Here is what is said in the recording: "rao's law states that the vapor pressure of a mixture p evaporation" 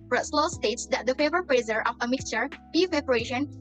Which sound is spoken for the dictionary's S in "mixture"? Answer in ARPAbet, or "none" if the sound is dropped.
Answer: S